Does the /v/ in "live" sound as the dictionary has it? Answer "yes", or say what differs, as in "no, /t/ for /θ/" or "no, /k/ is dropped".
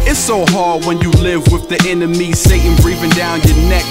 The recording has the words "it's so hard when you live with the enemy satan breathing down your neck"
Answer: yes